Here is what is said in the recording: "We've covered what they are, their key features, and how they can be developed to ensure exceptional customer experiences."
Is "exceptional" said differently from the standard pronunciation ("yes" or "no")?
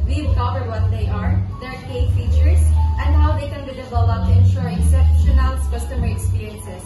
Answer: yes